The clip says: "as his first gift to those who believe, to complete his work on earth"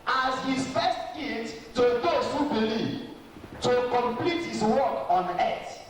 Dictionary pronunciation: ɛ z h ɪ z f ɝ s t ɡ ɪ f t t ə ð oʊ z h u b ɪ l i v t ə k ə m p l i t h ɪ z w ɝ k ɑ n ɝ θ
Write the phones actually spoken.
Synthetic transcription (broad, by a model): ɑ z h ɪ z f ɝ s t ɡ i t t ə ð oʊ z h u b ɪ l i v t ə k ə m p l i t h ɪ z w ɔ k ɑ n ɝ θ